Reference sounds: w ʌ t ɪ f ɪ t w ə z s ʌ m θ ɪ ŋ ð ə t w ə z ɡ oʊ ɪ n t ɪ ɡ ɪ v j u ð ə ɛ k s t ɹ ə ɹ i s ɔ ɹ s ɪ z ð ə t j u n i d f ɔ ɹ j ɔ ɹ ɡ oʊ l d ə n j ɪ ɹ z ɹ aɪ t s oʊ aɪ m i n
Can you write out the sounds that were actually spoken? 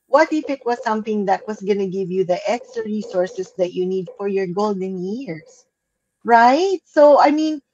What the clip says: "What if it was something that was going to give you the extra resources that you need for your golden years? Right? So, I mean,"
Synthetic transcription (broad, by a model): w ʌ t ɪ f ɪ t w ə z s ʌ m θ ɪ ŋ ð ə t w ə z ɡ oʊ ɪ n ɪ ɡ ɪ v j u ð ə ɛ k s t ɹ ə ɹ i s ɔ ɹ s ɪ s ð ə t j u n i d f ɔ ɹ j ɔ ɹ ɡ oʊ l d ə n j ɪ ɹ s ɹ aɪ t s oʊ aɪ m i n